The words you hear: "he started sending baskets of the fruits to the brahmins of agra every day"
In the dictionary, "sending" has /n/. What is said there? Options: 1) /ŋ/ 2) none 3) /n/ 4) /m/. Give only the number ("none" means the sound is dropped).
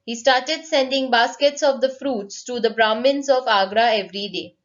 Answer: 3